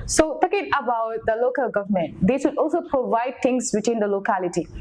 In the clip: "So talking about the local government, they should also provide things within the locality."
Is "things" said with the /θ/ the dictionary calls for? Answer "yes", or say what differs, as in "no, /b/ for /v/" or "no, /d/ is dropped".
no, /t/ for /θ/